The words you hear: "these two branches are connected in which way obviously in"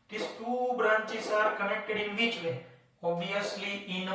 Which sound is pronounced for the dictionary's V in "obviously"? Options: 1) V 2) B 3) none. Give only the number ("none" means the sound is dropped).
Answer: 3